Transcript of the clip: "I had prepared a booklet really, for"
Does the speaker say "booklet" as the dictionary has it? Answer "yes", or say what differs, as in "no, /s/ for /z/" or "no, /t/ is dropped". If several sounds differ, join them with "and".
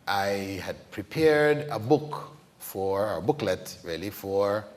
yes